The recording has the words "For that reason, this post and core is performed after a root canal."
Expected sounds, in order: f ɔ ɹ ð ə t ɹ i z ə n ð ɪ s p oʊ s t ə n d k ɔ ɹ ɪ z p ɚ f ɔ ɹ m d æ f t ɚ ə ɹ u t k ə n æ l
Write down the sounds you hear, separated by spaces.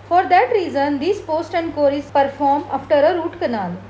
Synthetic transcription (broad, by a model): f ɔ ɹ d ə t ɹ i z ə n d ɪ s p oʊ s t ə n d k ɔ ɹ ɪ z p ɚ f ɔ ɹ m ɑ f t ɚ ə ɹ u t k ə n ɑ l